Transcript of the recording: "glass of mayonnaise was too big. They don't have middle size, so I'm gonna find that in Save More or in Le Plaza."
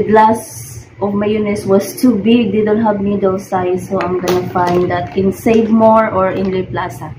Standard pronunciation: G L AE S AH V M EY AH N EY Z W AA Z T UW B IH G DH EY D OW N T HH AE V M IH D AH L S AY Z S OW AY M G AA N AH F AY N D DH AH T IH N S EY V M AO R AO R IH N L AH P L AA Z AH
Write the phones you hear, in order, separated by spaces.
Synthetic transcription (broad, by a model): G L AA S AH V M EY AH N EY S W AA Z T UW B IH G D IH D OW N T HH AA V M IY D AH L S AY S OW AY M G AA N AH F AY N D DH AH T IH N S EY V M AO R AO R IH N L AH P L AA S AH